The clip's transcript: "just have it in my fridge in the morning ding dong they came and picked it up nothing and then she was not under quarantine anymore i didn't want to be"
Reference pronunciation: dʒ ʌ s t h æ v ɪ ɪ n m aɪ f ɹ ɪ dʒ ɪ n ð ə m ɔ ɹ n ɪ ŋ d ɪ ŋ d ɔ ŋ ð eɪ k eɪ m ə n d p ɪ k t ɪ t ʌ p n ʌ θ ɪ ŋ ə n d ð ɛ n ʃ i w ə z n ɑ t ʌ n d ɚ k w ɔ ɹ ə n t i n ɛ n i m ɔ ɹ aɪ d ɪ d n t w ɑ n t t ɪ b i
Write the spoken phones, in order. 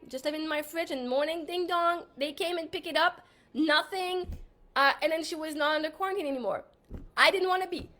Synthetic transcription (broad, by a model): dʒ ʌ s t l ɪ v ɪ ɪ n m aɪ f ɹ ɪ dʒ ɪ n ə m ɔ ɹ n ɪ ŋ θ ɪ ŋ d ɔ ŋ ð eɪ k eɪ m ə n p ɪ k ɪ t ʌ p n ʌ θ ɪ ŋ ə n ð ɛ n ʃ i w ə z n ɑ t ʌ n d ɚ k w ɔ ɹ ə n t i n ɛ n i m ɔ ɹ aɪ d ɪ d n t w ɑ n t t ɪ b i